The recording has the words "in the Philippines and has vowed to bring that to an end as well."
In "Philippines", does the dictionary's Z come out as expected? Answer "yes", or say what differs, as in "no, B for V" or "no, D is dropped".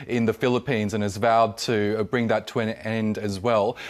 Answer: yes